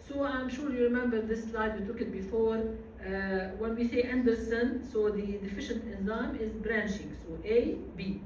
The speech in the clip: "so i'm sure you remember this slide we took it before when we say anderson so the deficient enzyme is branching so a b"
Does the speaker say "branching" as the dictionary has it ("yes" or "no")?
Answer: no